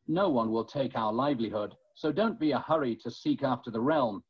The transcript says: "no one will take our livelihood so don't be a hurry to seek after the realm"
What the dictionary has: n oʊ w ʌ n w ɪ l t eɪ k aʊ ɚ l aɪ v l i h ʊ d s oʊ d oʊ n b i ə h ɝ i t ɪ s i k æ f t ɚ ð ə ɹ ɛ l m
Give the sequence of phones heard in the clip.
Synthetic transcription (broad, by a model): n oʊ w ʌ n w ɪ l t eɪ k aʊ ɚ l aɪ v l i h ʊ d s oʊ d oʊ n b i ə h ɝ i t ɪ s i k æ f t ɚ ð ə ɹ ɛ l m